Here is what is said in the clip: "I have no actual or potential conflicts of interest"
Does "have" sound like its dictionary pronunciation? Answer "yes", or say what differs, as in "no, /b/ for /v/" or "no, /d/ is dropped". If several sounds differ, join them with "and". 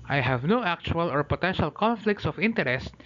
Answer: yes